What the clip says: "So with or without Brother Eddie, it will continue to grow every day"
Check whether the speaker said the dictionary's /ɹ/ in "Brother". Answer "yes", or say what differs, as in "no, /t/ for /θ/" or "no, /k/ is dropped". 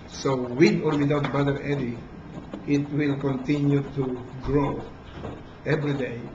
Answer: no, /ɹ/ is dropped